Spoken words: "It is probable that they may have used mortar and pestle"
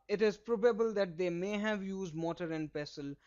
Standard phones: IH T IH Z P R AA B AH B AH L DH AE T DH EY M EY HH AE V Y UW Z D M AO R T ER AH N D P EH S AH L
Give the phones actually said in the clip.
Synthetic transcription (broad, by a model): IH T IH Z P R AA B AH B AH L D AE T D EY M EY HH AE V Y UW Z D M AO T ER AH N D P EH S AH L